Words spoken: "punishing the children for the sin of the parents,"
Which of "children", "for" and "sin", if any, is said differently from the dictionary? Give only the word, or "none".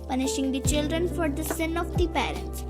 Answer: none